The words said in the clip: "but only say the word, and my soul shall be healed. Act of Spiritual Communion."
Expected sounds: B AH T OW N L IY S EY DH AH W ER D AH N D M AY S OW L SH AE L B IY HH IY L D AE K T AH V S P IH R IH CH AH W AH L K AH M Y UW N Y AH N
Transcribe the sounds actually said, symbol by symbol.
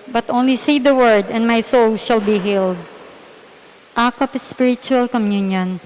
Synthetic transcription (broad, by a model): B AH T OW N L IY S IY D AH W ER D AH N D M AY S OW L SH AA L B IY HH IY L D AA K AH P S P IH R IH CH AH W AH L K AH M Y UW N Y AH N